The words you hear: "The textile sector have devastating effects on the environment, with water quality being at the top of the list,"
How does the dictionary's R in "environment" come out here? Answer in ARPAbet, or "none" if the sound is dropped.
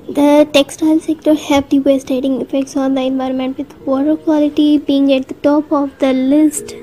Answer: R